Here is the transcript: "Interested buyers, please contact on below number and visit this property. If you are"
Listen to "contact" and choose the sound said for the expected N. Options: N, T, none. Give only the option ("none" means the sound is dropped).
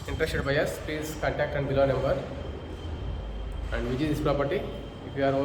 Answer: none